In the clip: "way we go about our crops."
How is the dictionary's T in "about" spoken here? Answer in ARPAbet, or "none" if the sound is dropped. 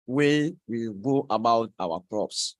T